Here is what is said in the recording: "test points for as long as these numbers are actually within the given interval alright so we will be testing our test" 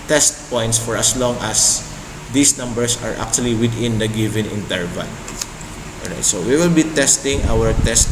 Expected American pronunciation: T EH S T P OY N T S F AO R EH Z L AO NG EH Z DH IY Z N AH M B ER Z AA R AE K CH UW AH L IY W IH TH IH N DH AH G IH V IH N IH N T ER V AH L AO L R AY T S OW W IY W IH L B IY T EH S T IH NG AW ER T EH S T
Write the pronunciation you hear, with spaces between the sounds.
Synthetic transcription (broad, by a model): T EH S T P OY N T S F AO R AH S L AO NG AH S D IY S N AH M B ER S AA R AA K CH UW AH L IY W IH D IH N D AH G IH V IH N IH N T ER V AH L AO L R AY T S OW W IY W IH L B IY T EH S T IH NG AW ER T EH S T